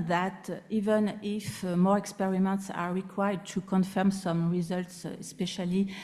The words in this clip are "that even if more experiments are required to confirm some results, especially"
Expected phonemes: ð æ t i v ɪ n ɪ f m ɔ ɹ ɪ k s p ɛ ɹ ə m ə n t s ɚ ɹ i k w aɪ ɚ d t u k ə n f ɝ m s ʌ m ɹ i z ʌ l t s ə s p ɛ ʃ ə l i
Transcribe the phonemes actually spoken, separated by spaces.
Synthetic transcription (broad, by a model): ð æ t i v ɪ n ɪ f m ɔ ɹ ɪ k s p ɛ ɹ ə m ə n t s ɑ ɹ i k w aɪ ɚ d t u k ə n f ɝ m s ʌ m ɹ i z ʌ l t s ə s p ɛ ʃ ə l i